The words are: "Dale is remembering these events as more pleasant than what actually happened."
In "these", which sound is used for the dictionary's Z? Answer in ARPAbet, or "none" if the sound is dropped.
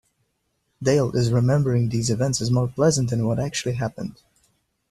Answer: Z